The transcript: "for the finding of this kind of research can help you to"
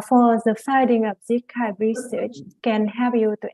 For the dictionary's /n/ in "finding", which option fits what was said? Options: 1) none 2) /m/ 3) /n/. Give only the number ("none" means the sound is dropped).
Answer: 1